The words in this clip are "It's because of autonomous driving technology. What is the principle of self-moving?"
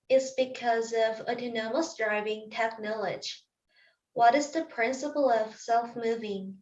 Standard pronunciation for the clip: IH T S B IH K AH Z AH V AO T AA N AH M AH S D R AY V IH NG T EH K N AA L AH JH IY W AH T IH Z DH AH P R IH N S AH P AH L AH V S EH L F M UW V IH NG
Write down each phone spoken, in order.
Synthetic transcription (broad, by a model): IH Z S B IH K AH Z AH V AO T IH N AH M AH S D R AY V IH NG T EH K N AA L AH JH W AH T IH Z DH AH P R IH N S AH P L AH V S EH L F M UW V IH NG